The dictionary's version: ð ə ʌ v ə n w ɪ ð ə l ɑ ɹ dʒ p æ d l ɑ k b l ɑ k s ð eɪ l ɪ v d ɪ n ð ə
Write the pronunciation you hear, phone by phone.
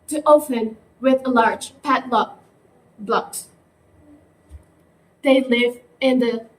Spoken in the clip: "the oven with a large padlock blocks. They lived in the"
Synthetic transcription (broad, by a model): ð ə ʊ p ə n w ɪ ð ə l ɑ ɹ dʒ p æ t l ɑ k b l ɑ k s ð eɪ l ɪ v ɪ n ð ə